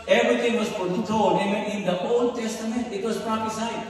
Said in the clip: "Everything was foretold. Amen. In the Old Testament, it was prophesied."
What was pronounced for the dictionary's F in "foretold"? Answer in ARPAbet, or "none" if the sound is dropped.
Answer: P